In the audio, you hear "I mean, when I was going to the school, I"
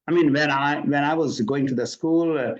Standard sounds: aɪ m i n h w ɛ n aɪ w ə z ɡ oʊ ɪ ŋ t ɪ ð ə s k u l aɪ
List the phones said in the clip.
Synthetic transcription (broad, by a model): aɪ m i n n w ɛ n aɪ w ə z ɡ oʊ ɪ ŋ t ɪ ð ə s k u l